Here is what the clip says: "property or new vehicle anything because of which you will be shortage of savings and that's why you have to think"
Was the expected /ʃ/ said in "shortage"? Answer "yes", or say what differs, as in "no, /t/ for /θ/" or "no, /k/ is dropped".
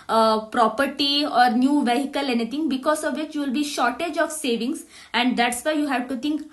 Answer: yes